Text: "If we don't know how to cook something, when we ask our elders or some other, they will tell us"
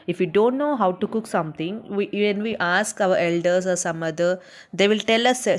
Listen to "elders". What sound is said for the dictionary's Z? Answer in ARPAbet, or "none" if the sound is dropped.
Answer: S